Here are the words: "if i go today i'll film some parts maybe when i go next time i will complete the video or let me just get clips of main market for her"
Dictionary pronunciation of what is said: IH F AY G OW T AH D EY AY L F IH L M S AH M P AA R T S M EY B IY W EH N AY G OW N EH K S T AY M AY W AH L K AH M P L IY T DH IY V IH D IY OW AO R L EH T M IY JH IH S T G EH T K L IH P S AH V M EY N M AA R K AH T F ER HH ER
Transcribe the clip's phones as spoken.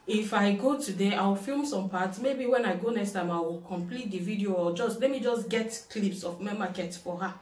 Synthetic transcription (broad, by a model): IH F AY G OW T AH D EY AY W F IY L M S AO M P AA T S M EY B IY W EH N AY G OW N EH K S T AY M AY W AH L K AH M P L IY T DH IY V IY D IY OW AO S L EH T M IY JH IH S G EH T K L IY P S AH F M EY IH M AA K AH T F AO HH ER